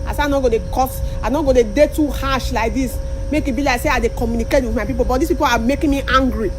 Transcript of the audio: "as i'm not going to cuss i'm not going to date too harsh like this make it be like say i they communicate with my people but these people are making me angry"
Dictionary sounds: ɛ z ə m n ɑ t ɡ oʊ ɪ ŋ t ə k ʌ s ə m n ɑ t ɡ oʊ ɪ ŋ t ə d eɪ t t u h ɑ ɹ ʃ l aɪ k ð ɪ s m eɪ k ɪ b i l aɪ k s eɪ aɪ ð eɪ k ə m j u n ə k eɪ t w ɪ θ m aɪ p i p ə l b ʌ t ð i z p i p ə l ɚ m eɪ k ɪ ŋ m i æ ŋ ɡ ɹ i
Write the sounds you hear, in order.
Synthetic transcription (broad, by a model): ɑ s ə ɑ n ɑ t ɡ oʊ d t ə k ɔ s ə n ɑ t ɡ oʊ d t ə d eɪ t t u h ɑ ʃ l aɪ k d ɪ s m eɪ k ɪ b i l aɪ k s eɪ aɪ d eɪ k ə m j u n ə k eɪ t w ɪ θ m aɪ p i p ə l b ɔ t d i s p i p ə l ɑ m eɪ k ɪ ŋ m i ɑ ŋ ɡ ɹ i